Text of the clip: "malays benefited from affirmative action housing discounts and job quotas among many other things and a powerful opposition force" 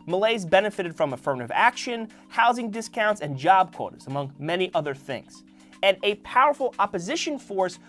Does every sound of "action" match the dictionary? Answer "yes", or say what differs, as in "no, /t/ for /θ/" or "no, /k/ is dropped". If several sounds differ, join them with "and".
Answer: yes